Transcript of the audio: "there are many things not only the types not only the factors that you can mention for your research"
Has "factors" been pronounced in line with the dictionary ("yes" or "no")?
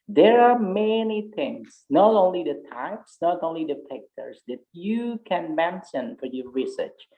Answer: no